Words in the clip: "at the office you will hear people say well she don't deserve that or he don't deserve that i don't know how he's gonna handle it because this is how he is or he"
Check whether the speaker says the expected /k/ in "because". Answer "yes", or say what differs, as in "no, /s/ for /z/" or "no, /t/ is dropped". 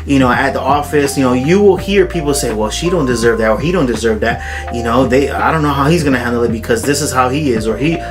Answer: yes